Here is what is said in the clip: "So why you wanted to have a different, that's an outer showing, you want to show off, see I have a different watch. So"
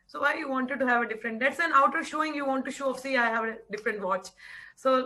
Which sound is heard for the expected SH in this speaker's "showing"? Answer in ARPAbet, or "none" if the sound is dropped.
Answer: SH